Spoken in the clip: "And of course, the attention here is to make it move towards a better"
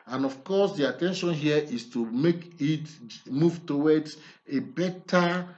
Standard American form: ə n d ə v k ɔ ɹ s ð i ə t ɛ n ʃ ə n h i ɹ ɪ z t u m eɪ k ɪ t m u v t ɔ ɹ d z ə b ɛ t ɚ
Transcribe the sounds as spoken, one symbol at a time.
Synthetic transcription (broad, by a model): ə n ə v k ɔ s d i ə t ɛ n ʃ ə n h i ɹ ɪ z t u m eɪ k ɪ t m u v t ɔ w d ə b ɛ t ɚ